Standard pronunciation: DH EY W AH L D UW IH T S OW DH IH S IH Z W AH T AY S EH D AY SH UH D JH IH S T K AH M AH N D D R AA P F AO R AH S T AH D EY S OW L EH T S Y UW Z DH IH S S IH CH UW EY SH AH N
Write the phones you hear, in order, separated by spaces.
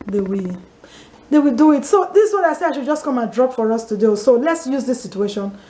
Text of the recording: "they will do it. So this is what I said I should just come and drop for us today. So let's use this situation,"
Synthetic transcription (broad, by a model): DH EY W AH W D UW IH T S OW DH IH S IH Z W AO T AY S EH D AY SH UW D JH IH S T K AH M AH N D D R AA P F AO R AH S T AH D EY S OW L EH T S Y UW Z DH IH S S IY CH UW EY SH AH N